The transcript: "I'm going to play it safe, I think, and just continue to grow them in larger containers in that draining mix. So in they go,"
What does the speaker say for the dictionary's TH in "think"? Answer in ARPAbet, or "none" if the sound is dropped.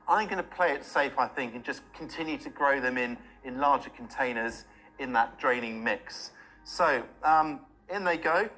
TH